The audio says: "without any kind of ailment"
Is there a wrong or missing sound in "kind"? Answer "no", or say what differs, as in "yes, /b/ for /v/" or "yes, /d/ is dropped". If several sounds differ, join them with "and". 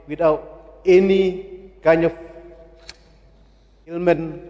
yes, /d/ is dropped